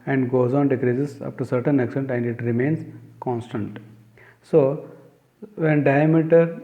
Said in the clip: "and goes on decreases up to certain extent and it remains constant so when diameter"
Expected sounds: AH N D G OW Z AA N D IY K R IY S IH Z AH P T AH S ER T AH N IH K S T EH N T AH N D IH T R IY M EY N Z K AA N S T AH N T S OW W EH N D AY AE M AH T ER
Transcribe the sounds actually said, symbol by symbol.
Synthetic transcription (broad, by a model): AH N D G OW Z AA N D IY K R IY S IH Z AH F T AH S ER T AH N IH K S T EH N T AH N D IH T R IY M EY N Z K AA N S T AH N T S OW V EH N D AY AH M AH T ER